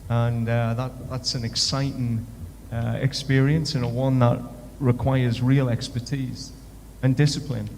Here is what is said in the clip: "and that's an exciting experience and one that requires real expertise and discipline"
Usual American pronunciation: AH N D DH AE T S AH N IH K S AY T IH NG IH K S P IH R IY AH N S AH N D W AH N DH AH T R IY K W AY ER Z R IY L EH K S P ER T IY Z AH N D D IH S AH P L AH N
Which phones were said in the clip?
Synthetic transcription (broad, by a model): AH N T DH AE T S AH N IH K S AY T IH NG IH K S P IH R IY AH N S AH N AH W AH N DH AH T R IY K W AY ER Z R IY L EH K S P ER T IY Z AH N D D IH S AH P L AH N